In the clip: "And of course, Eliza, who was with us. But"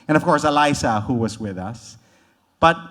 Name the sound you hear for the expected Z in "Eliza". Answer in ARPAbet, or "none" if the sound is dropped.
S